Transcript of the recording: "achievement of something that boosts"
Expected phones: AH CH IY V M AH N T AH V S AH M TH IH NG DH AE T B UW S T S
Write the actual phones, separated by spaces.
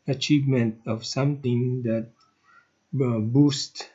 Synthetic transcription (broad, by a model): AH CH IY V M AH N T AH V S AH M T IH NG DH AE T B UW S T